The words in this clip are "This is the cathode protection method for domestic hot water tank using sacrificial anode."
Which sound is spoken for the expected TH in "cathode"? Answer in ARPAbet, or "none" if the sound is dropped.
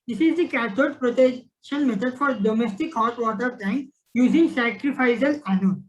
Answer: T